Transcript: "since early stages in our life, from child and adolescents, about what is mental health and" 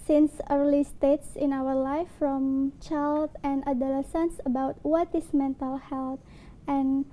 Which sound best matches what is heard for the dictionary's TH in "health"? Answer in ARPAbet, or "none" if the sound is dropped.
T